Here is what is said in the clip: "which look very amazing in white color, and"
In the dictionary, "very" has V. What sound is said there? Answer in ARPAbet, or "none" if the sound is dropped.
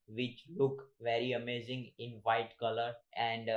V